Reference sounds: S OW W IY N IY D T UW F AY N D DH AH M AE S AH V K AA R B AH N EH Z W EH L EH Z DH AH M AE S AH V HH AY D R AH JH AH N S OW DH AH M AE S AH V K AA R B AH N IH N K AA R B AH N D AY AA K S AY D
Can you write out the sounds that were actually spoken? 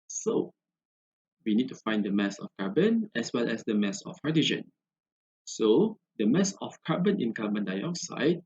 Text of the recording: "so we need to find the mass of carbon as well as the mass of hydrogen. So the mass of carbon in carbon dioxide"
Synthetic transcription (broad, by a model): S OW W IY N IY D T UW F AY N D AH M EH S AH F K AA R B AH N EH S W EH L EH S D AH M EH S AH F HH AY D AH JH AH N S OW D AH M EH S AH F K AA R B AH N IH N K AA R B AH N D AY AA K S AY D